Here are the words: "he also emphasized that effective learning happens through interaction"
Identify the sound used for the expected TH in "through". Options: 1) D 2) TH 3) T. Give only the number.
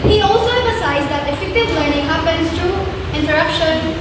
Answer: 3